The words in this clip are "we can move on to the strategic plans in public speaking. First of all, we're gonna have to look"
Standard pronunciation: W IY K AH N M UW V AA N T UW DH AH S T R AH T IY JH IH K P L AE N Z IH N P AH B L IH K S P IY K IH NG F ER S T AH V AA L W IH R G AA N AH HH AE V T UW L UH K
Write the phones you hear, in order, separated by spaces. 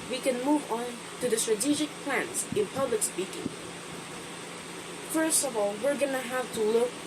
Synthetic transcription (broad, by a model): W IY K AH N M UW V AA N T UW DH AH S T R AH T IY JH IH K P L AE N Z IH N P AH B L IH K S P IY K IH NG F ER S T AH V AA L W IH R G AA N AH HH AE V T UW L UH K